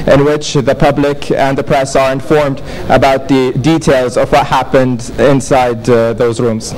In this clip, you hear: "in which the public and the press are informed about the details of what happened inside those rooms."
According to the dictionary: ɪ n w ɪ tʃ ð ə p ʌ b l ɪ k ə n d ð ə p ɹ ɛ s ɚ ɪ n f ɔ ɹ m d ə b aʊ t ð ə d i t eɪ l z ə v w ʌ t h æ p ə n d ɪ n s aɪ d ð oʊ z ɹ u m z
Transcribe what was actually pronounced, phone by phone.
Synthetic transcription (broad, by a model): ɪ n w ɪ tʃ ð ə p ʌ b l ɪ k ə n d ð ə p ɹ ɛ s ɚ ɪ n f ɔ ɹ m d ə b aʊ t ð ə d i t eɪ l z ə v w ʌ t h æ p ə n d ɪ n s aɪ d ð oʊ z ɹ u m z